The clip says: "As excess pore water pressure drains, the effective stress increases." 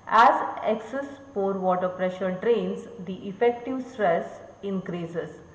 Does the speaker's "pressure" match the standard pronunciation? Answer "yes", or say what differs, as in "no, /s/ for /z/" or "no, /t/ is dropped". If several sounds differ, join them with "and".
yes